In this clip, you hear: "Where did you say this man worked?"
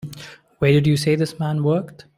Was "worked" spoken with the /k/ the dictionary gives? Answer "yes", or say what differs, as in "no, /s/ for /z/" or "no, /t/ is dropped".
yes